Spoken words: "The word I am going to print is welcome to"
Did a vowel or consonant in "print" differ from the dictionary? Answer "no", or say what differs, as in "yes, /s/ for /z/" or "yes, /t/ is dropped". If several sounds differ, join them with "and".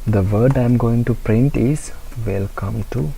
no